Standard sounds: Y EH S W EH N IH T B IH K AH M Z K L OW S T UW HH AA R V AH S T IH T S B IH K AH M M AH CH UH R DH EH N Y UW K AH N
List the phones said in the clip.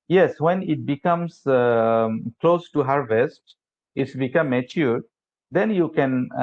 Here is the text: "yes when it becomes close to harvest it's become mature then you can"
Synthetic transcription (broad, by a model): Y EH S W EH N IH T B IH K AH M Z K L OW S T UW HH AA R V AH S T IH T S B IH K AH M M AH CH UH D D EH N Y UW K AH N